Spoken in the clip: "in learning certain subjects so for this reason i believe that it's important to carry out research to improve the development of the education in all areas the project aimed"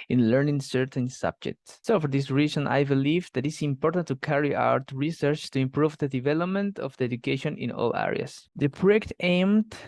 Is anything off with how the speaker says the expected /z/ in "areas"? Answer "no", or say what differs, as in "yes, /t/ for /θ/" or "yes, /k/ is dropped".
yes, /s/ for /z/